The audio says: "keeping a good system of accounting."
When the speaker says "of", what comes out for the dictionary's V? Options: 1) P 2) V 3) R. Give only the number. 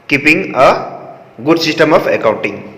1